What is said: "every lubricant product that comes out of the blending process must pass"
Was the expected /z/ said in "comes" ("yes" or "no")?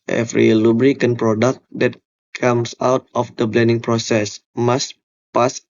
no